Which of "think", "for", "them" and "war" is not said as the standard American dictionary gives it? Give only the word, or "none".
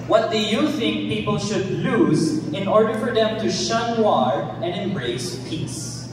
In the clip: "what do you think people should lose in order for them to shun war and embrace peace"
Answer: none